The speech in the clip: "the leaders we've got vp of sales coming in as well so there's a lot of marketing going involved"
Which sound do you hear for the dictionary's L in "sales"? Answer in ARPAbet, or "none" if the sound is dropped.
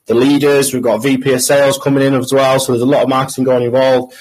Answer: L